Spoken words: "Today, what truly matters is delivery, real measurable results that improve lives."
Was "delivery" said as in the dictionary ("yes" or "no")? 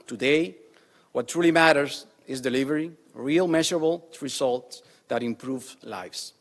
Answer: yes